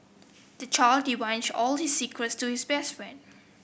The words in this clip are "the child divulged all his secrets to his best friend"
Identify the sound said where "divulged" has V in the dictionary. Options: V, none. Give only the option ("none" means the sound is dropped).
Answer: none